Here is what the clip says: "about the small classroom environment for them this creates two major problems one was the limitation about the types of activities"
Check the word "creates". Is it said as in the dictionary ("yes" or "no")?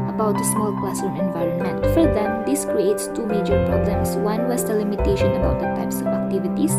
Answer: yes